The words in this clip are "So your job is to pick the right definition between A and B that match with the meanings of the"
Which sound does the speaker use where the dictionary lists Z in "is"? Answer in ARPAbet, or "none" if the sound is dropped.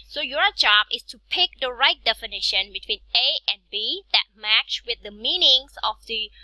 S